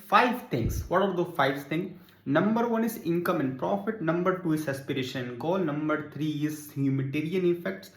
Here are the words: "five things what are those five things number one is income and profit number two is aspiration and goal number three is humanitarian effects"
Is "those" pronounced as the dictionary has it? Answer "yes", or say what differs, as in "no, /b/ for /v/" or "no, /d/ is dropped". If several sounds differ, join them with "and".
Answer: no, /z/ is dropped